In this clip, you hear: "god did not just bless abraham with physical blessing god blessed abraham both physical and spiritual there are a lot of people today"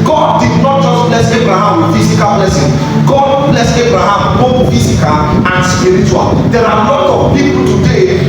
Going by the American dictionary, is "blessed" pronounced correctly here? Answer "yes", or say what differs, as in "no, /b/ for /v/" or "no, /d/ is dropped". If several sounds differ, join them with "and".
no, /t/ is dropped